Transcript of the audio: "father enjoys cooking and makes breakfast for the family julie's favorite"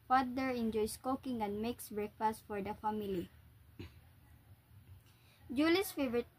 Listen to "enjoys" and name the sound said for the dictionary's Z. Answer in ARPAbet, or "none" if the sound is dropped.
S